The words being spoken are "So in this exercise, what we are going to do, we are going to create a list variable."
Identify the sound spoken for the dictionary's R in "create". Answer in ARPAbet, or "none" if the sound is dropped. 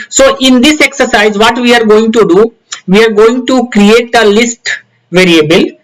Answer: R